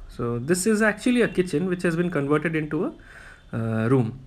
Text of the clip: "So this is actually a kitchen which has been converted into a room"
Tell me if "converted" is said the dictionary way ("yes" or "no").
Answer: yes